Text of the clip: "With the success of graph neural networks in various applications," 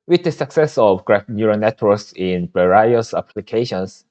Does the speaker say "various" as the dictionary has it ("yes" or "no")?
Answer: no